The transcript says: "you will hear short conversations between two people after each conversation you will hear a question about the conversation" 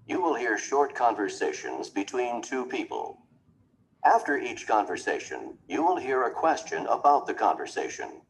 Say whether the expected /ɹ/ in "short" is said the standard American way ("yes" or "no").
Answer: yes